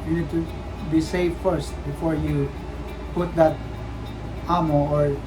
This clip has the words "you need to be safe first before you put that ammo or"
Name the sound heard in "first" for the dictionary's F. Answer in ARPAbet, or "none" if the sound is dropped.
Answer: F